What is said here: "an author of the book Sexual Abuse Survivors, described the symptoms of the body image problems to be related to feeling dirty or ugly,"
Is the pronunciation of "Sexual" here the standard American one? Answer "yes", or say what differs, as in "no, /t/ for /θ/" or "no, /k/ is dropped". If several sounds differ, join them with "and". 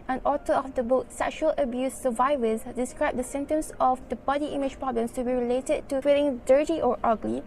yes